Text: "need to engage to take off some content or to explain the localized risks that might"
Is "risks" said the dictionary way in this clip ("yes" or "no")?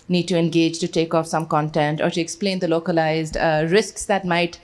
yes